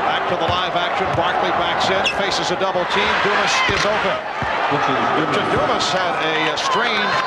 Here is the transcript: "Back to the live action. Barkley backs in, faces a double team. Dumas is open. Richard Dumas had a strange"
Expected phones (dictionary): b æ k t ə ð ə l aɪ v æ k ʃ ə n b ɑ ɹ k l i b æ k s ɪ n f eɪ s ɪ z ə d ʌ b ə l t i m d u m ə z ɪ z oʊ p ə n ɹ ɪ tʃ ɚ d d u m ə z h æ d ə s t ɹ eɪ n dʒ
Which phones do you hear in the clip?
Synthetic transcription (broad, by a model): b æ k t ə ð ə l aɪ v æ k ʃ ə n b ɑ ɹ k l i b æ k s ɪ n f eɪ s ɪ z ə d ʌ b l t i m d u m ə s ɪ z oʊ p ə n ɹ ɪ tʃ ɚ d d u m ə s h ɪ d ə s t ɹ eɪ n